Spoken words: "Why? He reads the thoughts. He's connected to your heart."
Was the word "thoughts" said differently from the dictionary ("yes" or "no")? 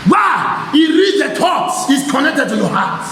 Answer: yes